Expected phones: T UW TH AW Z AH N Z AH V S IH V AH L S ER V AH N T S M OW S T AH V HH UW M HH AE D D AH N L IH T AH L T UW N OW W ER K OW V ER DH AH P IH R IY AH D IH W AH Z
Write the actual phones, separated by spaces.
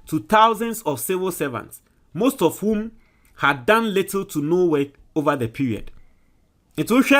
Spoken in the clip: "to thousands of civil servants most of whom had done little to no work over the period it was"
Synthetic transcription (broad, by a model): T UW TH AW Z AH N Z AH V S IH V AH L S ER V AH N T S M OW S T AH V HH UW M HH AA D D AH N L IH T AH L T UW N OW W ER OW V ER DH AH P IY R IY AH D IH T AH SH